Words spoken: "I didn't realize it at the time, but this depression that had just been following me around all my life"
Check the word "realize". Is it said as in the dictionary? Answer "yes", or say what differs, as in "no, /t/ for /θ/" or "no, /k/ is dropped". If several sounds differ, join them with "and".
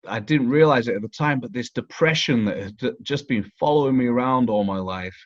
yes